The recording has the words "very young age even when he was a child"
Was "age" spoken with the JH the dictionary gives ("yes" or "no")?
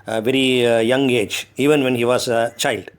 yes